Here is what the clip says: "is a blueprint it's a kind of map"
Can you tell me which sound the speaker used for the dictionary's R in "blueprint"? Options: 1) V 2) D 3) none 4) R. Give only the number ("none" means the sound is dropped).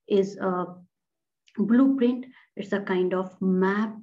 4